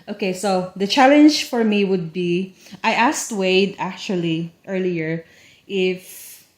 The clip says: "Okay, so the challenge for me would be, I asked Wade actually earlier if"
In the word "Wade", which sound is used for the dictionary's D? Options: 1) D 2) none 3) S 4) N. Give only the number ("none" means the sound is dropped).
1